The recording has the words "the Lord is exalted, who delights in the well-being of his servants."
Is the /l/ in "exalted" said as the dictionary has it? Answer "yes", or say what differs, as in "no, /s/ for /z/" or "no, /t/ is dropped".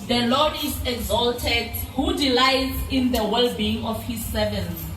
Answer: yes